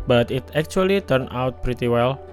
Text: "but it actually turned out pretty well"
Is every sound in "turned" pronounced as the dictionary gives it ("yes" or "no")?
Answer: no